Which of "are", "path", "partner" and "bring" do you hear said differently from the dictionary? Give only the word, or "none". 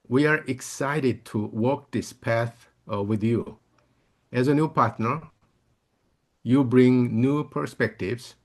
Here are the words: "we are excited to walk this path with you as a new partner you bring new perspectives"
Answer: none